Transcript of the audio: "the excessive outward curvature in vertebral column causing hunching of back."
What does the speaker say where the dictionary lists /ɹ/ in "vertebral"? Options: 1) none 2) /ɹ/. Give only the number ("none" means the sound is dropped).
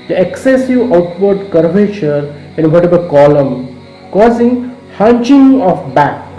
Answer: 1